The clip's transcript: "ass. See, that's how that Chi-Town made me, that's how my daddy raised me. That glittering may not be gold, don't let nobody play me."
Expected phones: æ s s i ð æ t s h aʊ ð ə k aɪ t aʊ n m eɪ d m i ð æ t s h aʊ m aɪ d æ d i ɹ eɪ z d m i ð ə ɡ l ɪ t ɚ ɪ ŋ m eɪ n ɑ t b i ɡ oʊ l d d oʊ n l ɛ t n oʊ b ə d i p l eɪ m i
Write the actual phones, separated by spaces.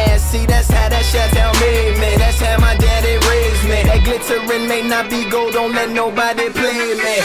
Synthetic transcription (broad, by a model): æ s s i ð æ t s h aʊ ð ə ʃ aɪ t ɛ l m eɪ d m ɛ ð æ t s h aʊ m aɪ d æ d i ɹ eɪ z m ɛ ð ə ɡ l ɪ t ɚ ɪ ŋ m eɪ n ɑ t b i ɡ oʊ l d d oʊ n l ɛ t n oʊ b ə d i p l eɪ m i